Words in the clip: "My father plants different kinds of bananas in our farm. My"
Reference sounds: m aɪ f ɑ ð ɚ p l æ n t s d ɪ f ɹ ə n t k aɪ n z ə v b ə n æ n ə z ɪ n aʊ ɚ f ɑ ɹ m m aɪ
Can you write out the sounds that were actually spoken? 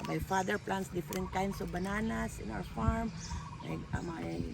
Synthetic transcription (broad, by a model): m aɪ f ɑ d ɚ p l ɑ n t s d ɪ f ɹ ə n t k aɪ n s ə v b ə n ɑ n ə s ɪ n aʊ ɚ f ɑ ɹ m m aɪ